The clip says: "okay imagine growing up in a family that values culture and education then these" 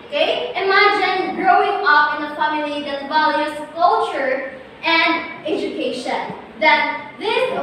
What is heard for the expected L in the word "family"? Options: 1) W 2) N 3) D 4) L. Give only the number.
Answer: 2